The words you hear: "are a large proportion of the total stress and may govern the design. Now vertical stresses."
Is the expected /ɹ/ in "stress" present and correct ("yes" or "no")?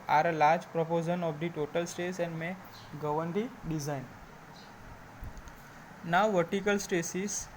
no